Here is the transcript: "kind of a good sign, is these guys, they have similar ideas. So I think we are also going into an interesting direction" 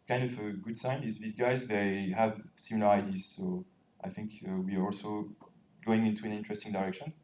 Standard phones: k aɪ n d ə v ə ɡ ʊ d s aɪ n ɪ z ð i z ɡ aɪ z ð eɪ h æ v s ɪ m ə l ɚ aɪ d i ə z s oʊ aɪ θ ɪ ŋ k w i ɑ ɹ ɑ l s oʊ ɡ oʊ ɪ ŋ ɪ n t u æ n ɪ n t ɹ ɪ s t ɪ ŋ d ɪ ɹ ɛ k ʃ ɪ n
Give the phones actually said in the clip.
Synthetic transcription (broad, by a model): k aɪ n d ə v ə ɡ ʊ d s aɪ n ɪ z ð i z ɡ aɪ z ð eɪ h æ v s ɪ m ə l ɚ aɪ d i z s oʊ aɪ θ ɪ ŋ k w i ɑ ɹ ɑ l s oʊ ɡ oʊ ɪ ŋ ɪ n t u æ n ɪ n t ɹ ɪ s t ɪ ŋ d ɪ ɹ ɛ k ʃ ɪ n